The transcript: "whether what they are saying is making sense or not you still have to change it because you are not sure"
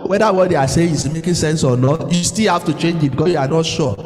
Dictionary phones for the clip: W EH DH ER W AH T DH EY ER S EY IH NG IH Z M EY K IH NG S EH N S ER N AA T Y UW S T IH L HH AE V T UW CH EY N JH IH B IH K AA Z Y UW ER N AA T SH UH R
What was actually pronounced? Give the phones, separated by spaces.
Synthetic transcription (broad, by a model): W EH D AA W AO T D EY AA S EY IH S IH M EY K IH S EH N S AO N AA T Y UW S T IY L HH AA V T UW CH EY N JH IH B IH K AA Y UW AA N AA T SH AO